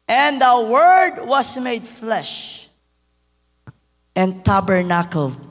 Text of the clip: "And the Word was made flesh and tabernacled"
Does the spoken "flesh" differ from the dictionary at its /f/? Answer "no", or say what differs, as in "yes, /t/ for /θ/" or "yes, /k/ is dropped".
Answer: no